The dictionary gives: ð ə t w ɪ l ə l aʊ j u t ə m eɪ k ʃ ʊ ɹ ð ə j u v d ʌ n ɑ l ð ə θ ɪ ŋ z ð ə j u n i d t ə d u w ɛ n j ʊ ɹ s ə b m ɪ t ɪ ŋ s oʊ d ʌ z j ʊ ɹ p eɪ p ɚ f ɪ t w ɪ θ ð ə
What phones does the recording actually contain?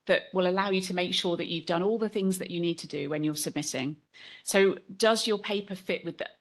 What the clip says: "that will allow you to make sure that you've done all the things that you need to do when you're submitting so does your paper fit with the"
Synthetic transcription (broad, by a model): ð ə t w ɪ l ə l aʊ j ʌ t ə m eɪ k ʃ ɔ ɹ ð ə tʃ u v d ʌ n ɑ l ð ə θ ɪ ŋ z ð ə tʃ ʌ n i d t ə d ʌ w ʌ n j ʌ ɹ s ə b m ɪ t ɪ ŋ s oʊ d ʌ z j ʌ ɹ p eɪ p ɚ f ɪ t w ɪ ð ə